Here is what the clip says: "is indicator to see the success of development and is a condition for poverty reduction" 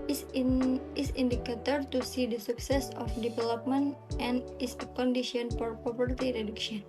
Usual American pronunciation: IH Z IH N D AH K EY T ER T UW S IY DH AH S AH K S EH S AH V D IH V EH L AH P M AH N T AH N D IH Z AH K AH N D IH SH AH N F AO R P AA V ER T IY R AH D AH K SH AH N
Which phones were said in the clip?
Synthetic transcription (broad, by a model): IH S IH N D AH K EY T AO T UW S IY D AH S AH K S EH S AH F D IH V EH L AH P M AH N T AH N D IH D AH K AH N D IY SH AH N F AO R P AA P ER T IY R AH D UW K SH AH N